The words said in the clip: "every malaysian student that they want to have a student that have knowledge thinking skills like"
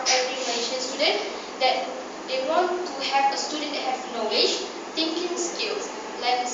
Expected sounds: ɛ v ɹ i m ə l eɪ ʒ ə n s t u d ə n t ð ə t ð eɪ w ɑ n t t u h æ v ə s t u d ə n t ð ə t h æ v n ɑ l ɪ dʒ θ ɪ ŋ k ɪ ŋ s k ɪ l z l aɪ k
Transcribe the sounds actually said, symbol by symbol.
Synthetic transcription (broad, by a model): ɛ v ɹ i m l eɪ ʃ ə n s t u d ə n t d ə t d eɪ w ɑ n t t u h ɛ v ə s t u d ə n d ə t h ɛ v n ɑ l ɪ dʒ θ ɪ ŋ k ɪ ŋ s k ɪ l s l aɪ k